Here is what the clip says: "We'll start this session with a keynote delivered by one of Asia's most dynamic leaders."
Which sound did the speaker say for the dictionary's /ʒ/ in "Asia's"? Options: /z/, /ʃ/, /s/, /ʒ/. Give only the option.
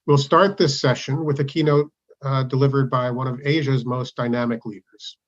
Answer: /ʒ/